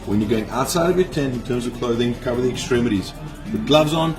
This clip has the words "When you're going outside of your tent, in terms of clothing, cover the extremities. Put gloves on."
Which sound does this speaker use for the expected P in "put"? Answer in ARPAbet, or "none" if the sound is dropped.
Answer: B